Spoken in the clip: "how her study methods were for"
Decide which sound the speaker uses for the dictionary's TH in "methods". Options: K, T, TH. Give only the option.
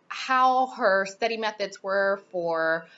TH